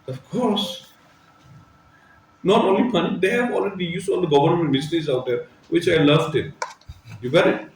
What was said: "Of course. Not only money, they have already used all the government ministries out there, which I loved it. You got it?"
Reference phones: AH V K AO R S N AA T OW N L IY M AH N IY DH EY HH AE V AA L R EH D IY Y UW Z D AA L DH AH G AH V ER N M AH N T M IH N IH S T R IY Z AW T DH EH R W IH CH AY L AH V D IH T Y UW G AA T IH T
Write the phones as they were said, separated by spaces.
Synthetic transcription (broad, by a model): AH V K AO R S N AA T OW N L IY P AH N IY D EY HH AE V AA L R EH D IY Y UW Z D AA L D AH G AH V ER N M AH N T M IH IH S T IY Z AW T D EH R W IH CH AY L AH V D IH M Y UW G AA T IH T